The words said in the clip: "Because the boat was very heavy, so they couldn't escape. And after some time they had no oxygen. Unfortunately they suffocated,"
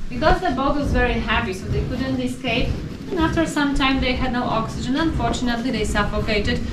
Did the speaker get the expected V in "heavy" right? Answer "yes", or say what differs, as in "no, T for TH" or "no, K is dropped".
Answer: no, P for V